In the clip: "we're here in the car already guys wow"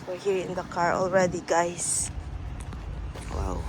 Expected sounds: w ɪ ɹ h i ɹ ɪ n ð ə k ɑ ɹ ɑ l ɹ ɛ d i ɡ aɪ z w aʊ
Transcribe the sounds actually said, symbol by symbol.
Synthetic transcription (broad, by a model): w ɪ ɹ h i ɹ ɪ n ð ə k ɑ ɹ ɑ l ɹ ɛ d i ɡ aɪ s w aʊ